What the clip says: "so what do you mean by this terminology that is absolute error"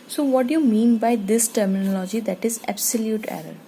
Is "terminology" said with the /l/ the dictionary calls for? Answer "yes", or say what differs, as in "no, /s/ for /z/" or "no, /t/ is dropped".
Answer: yes